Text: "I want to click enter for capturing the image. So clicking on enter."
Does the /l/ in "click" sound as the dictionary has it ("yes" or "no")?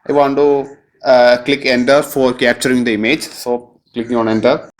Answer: yes